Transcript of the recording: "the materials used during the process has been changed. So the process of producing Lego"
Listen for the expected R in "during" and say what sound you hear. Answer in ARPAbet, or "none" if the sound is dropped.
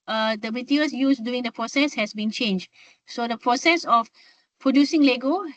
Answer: none